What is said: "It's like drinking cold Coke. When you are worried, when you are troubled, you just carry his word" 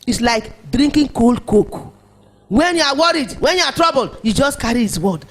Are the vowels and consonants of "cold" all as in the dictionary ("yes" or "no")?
yes